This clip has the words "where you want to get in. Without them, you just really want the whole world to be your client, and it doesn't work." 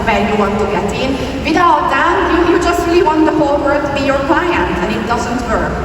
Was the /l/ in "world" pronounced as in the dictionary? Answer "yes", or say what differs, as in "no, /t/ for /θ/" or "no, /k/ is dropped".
no, /l/ is dropped